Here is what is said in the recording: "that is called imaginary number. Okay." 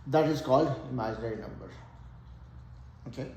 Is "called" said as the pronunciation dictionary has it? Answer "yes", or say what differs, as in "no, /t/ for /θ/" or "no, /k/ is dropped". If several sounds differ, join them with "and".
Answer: no, /d/ is dropped